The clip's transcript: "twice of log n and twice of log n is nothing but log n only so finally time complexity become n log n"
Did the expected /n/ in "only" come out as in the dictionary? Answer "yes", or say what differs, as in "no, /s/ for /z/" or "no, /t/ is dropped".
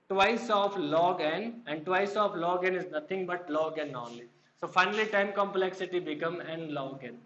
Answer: no, /n/ is dropped